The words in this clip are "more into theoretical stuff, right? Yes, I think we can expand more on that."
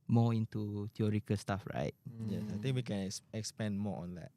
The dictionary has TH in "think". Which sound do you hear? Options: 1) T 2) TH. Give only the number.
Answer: 1